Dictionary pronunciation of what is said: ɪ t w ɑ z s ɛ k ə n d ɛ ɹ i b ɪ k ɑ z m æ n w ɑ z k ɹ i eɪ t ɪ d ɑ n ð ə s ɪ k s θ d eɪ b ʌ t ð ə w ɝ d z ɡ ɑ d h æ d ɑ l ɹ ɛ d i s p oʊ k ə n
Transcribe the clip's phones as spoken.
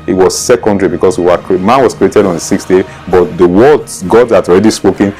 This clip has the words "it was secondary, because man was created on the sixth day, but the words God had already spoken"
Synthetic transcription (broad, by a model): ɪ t w ɑ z s ɛ k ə n d ɹ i b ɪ k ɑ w m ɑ n w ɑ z k ɹ i eɪ t ɪ d ɑ n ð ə s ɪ k s t d eɪ b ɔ t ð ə w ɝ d ɡ ɑ d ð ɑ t ɑ l ɹ ɛ d i s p oʊ k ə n